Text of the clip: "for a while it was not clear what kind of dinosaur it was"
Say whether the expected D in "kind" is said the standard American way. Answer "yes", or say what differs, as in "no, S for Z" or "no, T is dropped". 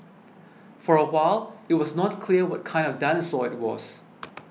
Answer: yes